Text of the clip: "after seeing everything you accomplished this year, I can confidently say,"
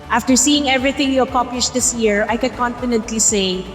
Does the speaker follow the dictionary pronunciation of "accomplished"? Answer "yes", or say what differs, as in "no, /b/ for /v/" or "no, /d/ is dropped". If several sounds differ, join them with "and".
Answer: no, /m/ is dropped and /l/ is dropped